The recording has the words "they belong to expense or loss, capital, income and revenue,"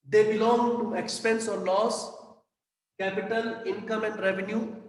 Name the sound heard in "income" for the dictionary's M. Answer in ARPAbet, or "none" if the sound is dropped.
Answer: M